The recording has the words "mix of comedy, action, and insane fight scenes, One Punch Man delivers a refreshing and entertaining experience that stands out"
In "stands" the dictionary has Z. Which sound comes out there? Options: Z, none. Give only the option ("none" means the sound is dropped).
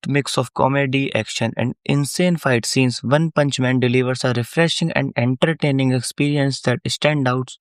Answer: none